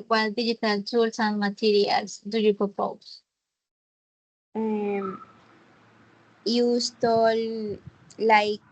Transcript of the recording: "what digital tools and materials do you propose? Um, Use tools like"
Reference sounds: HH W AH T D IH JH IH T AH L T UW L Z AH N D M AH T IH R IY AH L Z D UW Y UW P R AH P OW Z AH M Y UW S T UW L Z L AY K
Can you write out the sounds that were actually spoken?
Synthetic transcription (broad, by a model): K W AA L D IH JH IH T AH L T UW L S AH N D M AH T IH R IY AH L S D UW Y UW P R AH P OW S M Y UW S T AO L L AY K